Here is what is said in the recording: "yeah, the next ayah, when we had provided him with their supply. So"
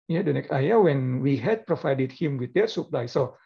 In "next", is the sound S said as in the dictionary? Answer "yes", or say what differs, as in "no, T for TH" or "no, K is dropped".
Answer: no, S is dropped